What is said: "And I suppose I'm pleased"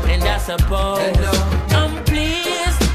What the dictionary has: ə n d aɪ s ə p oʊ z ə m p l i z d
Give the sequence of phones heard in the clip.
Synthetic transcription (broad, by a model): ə n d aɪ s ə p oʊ ə m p l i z